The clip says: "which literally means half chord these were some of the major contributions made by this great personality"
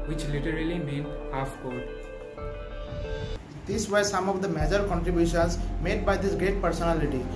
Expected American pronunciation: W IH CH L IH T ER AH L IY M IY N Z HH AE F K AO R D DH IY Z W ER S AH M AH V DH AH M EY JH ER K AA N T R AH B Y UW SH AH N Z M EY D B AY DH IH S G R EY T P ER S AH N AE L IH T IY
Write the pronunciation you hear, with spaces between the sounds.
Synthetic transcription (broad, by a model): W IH CH L IH T ER AH L IY M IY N HH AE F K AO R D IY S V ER S AH M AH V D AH M EY JH ER K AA N T R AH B Y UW SH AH N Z M EY D B AY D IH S G R EY T P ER S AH N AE L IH T IY